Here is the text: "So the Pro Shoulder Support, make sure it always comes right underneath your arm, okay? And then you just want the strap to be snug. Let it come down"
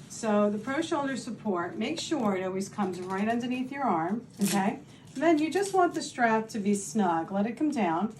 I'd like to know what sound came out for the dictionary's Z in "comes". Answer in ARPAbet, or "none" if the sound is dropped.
Z